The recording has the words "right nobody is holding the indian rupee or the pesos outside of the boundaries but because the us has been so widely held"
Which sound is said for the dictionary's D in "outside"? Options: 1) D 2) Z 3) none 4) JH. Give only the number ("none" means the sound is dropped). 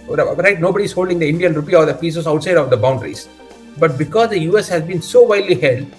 1